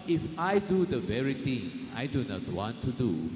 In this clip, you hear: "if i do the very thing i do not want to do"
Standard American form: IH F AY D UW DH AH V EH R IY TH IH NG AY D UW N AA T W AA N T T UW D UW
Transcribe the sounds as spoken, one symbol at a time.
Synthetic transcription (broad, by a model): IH F AY D UW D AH V EH R IY T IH NG AY D UW N AA T W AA N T T UW D UW